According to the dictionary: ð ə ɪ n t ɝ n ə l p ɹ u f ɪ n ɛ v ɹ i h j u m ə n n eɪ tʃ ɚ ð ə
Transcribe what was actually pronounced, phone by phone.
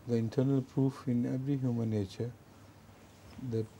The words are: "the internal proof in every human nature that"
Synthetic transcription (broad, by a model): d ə ɪ n t ɝ n ə l p ɹ u f ɪ n ɛ v ɹ i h j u m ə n n eɪ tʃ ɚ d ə